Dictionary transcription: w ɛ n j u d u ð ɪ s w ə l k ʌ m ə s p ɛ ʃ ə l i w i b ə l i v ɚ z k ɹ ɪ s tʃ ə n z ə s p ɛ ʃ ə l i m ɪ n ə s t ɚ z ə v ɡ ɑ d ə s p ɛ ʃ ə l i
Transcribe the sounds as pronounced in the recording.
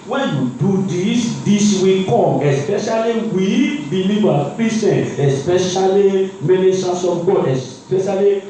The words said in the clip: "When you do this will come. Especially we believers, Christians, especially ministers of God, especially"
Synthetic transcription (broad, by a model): w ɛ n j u d u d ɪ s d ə w k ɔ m ə s p ɛ ʃ ə l i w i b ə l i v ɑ k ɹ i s ə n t ə s p ɛ ʃ ə l i m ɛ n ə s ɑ s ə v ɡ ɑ ə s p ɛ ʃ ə l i